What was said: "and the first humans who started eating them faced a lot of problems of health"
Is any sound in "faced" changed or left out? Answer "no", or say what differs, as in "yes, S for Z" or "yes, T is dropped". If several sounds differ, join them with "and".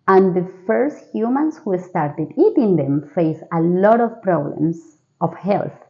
yes, T is dropped